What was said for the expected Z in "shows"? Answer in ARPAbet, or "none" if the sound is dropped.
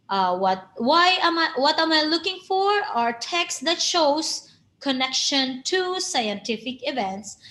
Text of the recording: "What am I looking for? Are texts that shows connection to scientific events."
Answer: S